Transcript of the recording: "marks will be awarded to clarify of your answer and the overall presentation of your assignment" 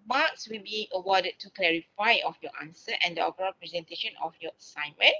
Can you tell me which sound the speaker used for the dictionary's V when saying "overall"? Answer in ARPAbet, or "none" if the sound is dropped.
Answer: P